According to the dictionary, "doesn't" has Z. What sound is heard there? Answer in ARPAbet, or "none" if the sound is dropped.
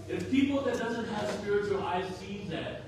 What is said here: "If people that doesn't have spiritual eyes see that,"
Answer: Z